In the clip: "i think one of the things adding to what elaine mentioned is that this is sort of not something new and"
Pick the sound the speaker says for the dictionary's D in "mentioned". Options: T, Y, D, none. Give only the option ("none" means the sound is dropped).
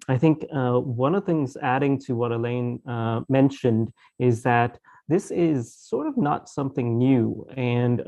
D